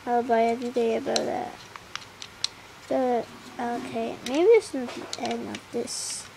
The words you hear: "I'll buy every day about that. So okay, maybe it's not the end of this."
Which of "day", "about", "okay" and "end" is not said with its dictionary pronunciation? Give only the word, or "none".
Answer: end